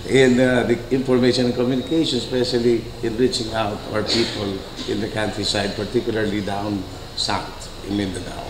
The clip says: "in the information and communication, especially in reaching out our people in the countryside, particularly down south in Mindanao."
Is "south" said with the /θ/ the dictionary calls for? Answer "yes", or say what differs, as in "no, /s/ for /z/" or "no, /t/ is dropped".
no, /t/ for /θ/